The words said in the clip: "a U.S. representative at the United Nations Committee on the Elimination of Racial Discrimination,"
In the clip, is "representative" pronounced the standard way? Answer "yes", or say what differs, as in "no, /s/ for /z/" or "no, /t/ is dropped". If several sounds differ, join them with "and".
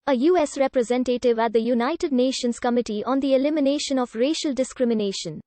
yes